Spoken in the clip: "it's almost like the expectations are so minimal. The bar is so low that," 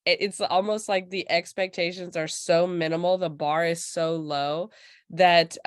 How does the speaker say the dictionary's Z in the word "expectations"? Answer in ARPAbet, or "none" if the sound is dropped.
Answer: Z